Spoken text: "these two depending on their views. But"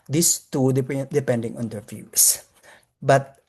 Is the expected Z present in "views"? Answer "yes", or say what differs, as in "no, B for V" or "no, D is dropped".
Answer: no, S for Z